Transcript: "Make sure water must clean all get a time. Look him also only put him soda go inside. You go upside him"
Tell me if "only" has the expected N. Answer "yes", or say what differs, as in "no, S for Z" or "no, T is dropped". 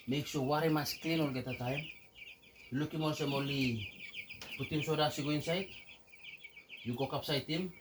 no, N is dropped